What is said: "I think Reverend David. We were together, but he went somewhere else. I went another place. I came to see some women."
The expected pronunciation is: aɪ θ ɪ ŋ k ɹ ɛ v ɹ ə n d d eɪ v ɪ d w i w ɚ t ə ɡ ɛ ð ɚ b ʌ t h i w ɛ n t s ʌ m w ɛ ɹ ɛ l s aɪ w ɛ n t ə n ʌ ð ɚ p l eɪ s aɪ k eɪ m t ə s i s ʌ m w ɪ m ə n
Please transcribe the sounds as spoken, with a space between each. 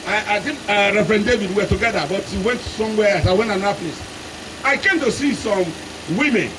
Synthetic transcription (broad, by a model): aɪ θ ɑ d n ɹ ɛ f ɹ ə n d d eɪ v ɪ d w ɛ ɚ t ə ɡ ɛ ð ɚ b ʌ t h i w ɛ n t s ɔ m w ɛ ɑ s aɪ w ɛ n t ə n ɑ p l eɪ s aɪ k eɪ m t ə s i s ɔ m w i m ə n